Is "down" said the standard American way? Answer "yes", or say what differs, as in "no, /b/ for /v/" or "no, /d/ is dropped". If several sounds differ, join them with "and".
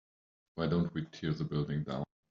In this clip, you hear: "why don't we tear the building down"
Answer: no, /n/ is dropped